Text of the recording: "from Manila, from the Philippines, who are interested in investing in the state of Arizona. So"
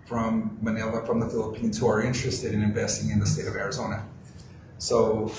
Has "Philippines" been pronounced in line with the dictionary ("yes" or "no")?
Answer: yes